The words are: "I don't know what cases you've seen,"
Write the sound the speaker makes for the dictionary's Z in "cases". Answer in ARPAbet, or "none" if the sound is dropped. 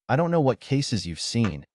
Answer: Z